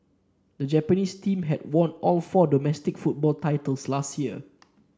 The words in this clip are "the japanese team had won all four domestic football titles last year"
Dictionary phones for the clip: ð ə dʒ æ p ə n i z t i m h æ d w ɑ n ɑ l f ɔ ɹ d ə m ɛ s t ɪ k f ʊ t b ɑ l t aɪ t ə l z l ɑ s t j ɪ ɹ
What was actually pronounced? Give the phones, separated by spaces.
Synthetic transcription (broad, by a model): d ə dʒ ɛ p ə n i s t i m h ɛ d w ɑ n ɑ l f ɔ d ə m ɛ s t ɪ k f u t b ɑ l t aɪ t ə l s l ɑ s t j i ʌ